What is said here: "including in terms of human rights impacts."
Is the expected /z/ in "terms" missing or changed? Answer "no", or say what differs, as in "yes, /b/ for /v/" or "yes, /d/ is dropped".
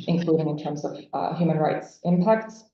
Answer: no